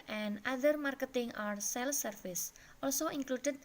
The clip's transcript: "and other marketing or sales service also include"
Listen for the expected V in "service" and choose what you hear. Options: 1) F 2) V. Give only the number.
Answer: 1